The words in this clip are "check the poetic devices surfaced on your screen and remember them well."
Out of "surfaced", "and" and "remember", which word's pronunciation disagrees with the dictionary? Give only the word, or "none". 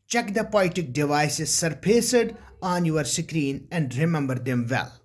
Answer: surfaced